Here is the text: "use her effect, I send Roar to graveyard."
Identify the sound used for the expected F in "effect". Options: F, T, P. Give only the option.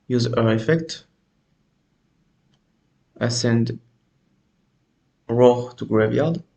F